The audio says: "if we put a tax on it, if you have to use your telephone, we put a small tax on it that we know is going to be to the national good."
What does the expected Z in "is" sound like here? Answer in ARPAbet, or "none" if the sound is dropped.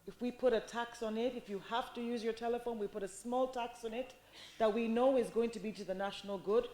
Z